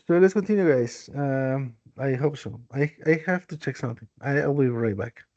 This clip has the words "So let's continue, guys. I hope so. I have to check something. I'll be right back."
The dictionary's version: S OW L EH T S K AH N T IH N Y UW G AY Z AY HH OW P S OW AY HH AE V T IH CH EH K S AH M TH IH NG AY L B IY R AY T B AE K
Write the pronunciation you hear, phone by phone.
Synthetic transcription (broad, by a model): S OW L EH T S K AH N T IH N Y UW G AY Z AY HH OW P S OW AY HH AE F T IH CH EH K S AH M TH IH NG AY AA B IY R AY T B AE K